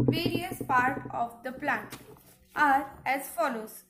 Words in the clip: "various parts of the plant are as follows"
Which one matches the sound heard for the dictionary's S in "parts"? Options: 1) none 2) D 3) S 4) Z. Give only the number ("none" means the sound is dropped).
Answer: 1